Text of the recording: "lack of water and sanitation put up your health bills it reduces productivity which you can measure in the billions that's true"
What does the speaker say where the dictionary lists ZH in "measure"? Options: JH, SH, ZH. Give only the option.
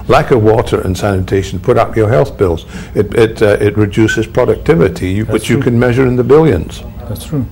ZH